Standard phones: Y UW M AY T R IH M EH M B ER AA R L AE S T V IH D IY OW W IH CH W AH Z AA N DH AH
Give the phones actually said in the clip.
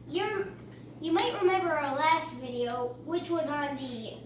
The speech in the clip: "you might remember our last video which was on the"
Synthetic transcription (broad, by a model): Y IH M AY T R IH M EH M B ER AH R L AE S T V IH D IY OW W IH CH W AH Z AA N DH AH